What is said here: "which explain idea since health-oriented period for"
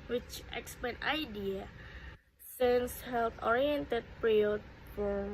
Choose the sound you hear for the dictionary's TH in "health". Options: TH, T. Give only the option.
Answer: T